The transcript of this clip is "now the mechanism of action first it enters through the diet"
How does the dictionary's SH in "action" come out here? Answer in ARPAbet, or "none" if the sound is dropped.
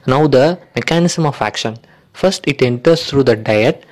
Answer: SH